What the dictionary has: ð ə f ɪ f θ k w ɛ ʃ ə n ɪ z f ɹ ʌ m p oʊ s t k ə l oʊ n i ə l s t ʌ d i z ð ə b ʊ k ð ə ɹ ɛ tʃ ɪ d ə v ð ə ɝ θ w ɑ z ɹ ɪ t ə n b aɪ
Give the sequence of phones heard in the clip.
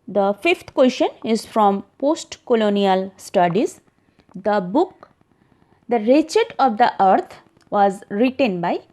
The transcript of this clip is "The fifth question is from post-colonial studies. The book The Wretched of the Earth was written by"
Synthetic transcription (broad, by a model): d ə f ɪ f t k w ɛ ʃ ə n ɪ z f ɹ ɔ m p oʊ s t k ə l oʊ n i ə l s t ʌ d i z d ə b ʊ k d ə ɹ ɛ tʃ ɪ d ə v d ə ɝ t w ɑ z ɹ ɪ t ə n b aɪ